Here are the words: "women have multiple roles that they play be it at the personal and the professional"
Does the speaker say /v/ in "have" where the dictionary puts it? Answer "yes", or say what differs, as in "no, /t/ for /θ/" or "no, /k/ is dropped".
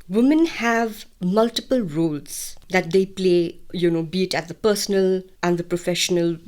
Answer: yes